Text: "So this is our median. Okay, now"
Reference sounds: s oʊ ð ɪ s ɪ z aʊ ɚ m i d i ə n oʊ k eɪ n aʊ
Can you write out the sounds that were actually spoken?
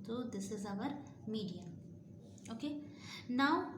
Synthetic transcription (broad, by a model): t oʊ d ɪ s ɪ z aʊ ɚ m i d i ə oʊ k eɪ n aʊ